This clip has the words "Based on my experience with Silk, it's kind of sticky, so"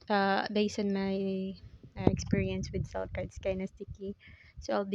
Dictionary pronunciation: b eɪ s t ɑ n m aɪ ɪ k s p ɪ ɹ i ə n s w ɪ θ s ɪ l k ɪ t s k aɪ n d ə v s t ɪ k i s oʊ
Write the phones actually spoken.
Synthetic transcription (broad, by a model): b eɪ s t ɑ n m aɪ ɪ k s p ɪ ɹ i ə n s w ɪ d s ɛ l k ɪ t s k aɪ n ə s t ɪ k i s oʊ